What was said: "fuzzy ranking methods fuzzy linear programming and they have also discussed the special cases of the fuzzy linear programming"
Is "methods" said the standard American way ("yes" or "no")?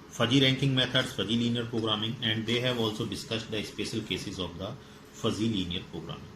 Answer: no